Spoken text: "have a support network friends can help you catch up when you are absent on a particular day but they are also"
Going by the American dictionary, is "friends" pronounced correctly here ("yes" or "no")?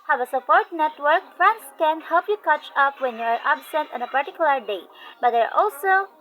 no